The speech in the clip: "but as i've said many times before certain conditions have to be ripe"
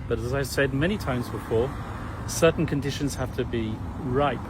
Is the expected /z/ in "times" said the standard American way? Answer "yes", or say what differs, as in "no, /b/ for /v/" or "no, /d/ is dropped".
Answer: yes